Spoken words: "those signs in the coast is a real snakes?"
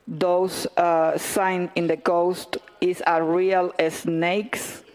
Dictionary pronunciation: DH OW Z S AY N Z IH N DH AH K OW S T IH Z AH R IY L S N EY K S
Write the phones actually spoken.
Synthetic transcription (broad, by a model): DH OW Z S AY N IH N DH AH K OW S T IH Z AH R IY L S N EY K S